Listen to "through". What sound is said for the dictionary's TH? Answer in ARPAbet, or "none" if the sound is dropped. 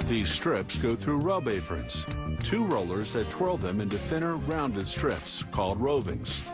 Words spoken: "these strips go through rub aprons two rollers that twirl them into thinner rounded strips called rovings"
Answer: TH